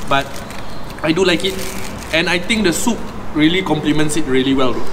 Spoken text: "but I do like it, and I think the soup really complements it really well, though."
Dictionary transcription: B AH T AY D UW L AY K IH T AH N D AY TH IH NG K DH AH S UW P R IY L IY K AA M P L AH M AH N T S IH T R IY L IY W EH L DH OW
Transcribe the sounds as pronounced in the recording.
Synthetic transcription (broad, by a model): B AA T AY D UW L AY K IH T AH N AY T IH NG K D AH S UW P R IY L IY K AA M P L AH M AH N T S IH T R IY L IY W EH L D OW